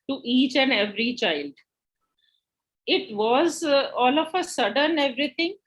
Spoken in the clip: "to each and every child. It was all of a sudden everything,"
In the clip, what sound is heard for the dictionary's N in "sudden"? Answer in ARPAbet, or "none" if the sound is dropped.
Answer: N